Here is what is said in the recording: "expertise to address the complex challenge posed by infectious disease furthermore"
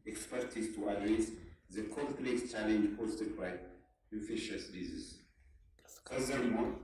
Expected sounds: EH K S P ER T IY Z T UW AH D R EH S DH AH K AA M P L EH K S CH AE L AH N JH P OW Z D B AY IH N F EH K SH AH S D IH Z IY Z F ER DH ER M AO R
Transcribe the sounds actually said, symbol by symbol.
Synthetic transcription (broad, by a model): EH K S P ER T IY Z T UW AH D R EH S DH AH K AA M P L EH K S CH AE L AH N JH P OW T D B AY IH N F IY SH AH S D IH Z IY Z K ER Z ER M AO